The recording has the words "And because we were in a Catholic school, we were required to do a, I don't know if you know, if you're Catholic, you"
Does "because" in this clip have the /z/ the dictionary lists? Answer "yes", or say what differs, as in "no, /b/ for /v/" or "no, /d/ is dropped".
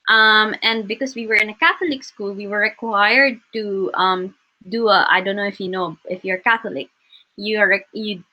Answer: no, /s/ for /z/